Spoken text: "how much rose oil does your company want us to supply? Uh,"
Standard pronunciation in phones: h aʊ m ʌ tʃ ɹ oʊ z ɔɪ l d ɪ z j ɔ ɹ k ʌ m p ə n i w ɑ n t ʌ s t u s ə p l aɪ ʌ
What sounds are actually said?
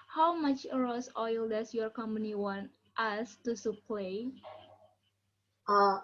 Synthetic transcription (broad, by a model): h aʊ m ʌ tʃ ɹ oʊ s ɔɪ l d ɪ s j ɔ ɹ k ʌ m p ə n i w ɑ n t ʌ s t u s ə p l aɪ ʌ